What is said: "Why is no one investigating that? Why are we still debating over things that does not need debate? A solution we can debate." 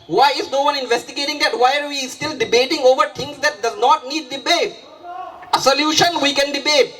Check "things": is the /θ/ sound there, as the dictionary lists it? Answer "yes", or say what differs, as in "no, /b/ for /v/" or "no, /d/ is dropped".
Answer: no, /t/ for /θ/